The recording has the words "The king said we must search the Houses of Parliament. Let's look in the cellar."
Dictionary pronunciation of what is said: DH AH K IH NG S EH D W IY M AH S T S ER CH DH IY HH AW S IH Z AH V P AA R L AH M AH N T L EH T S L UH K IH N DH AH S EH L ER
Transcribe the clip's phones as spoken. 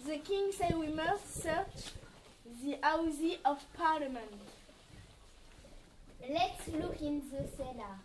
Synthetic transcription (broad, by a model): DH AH K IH NG S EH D W IY M AH S T S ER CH DH IY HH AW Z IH AH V P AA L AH M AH N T L EH T S L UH K IH N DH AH S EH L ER